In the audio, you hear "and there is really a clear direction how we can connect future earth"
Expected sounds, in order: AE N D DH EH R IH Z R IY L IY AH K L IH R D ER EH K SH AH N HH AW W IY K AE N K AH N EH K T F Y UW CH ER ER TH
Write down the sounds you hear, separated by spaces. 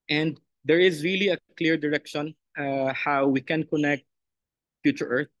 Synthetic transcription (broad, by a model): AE N D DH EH R IH Z R IY L IY AH K L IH R D ER EH K SH AH N HH AW W IY K AE N K AH N EH K T F Y UW CH ER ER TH